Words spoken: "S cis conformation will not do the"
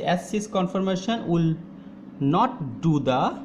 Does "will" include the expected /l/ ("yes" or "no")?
yes